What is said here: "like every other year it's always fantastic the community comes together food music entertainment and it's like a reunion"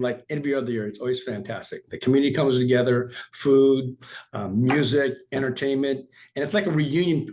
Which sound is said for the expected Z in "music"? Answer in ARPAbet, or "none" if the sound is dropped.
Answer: Z